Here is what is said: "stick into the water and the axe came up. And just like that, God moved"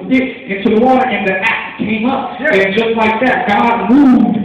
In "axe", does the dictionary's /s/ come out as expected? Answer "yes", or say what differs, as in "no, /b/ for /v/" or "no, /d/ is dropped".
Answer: no, /s/ is dropped